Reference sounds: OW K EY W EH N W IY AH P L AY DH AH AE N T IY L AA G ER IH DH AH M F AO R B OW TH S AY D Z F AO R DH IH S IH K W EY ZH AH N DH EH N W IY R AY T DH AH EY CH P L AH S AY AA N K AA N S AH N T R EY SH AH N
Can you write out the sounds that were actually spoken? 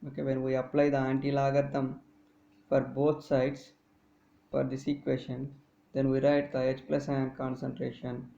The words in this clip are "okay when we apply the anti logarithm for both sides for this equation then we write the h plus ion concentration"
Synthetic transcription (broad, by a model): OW K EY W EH N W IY AH P L AY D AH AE N T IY L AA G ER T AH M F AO R B OW T S AY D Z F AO R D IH S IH K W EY SH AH N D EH N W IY R AY T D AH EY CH P L AH S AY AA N K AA N S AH N T R EY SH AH N